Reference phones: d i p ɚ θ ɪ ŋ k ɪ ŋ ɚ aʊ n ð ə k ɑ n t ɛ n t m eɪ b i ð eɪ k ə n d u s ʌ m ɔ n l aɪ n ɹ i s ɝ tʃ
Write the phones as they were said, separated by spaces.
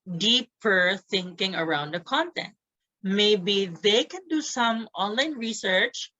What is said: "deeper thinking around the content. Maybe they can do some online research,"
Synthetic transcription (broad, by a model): d i p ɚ θ ɪ ŋ k ɪ ŋ ɚ aʊ n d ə k ɑ n t ɛ n t m eɪ b i ð eɪ k ə n d u s ʌ m ɔ n l aɪ n ɹ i s ɝ tʃ